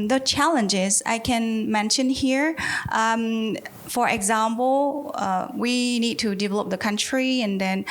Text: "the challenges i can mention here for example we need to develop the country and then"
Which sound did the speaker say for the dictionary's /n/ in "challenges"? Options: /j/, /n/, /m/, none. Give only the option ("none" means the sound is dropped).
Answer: /n/